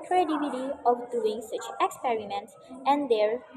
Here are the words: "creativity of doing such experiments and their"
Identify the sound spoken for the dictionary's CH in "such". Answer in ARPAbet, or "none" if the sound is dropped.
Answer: CH